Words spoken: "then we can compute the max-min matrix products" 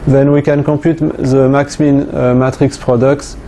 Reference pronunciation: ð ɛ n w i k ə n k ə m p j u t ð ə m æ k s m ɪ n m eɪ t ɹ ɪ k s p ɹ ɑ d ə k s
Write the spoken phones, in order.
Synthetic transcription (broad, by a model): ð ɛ n w i k ə n k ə p j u t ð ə m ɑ k s m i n m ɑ t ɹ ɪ k s p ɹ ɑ d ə k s